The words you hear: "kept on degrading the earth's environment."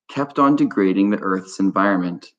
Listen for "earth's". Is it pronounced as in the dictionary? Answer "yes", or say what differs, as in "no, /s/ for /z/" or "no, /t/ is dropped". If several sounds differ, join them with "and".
yes